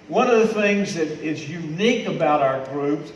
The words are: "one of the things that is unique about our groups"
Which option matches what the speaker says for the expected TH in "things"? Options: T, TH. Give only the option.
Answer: TH